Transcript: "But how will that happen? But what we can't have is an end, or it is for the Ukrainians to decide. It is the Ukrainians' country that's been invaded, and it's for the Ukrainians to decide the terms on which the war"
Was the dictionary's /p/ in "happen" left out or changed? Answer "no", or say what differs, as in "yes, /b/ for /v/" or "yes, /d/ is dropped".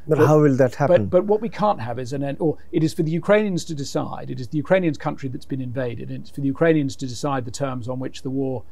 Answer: yes, /b/ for /p/